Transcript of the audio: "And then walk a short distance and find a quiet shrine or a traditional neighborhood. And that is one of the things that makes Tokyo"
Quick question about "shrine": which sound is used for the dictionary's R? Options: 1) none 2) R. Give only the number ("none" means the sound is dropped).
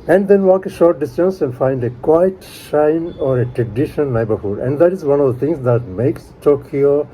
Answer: 1